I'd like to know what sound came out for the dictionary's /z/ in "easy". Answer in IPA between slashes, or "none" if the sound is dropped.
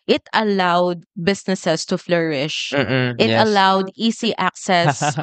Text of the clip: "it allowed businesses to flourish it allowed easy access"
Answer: /s/